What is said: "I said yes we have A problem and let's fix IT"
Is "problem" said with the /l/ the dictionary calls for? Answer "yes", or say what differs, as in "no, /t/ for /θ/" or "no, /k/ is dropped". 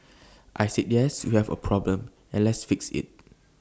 yes